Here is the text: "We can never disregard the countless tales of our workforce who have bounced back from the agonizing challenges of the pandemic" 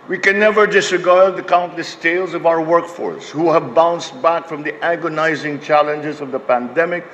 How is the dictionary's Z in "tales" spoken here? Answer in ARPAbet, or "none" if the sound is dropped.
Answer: Z